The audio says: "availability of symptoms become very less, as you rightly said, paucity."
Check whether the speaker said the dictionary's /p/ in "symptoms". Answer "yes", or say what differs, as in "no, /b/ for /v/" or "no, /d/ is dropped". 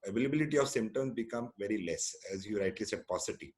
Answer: no, /p/ is dropped